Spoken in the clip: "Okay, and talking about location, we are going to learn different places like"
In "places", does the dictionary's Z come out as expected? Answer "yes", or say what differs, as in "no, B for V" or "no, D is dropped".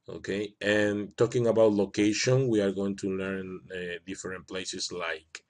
no, S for Z